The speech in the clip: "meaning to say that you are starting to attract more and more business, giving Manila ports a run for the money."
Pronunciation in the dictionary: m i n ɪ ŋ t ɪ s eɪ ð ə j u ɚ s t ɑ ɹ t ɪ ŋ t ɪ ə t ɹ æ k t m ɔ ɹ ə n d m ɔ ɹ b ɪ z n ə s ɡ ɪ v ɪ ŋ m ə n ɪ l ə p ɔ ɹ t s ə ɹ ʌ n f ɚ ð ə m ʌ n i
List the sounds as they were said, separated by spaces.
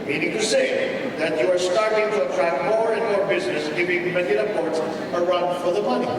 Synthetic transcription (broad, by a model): m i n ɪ ŋ t ɪ s eɪ ð ə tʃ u ɚ s t ɑ ɹ t ɪ ŋ t ɪ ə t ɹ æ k m ɔ ɹ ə n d m ɔ ɹ b ɪ z n ə s ɡ ɪ v ɪ ŋ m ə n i ə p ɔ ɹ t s ə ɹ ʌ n f ɚ ð ə m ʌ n i